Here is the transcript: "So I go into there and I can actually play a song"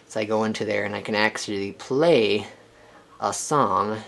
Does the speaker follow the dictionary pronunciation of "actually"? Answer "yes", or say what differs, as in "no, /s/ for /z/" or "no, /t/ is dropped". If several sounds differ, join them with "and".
no, /s/ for /tʃ/